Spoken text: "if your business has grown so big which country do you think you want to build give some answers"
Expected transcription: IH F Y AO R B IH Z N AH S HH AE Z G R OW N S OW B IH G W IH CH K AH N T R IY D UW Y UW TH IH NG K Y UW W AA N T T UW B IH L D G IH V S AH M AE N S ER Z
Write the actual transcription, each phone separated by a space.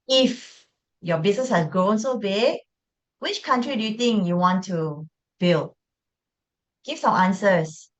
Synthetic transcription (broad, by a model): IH F Y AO B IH S N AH S HH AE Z G R OW N S OW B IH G W IH CH K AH N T R IY D UW Y UW T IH NG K Y UW W AA N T T UW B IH L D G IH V S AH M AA N S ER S